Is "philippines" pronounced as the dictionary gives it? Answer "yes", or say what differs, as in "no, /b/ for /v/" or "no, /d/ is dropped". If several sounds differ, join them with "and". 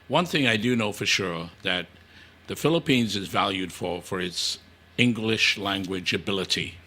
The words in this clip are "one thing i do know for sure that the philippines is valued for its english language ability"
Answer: yes